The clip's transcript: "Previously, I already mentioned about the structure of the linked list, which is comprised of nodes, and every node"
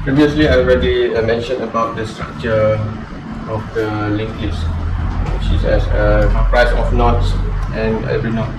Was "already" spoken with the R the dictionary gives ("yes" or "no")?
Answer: yes